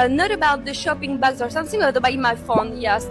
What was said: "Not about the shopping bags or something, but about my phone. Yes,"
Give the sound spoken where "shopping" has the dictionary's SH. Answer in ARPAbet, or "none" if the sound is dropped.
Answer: SH